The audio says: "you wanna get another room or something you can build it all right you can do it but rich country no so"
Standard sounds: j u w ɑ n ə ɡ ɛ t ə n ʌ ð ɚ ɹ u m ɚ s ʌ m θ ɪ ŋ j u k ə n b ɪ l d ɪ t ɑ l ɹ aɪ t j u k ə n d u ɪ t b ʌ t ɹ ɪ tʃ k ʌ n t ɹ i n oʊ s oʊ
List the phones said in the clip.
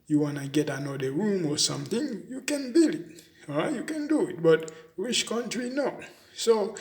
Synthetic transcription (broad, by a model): j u w ɑ n ə ɡ ɛ t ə n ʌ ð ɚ ɹ u m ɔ s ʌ m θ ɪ ŋ j u k ə n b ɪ l ɪ t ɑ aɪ j u k ə n d u ɪ t b ʌ t w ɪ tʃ k ʌ n t ɹ i n oʊ s oʊ